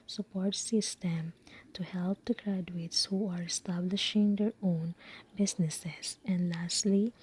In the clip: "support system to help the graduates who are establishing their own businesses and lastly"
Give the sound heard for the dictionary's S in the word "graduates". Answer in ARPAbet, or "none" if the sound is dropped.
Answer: S